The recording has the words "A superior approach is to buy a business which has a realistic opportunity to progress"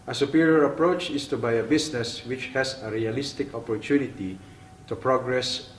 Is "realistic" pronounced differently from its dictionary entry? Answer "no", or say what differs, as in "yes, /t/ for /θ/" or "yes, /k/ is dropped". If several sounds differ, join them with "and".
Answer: no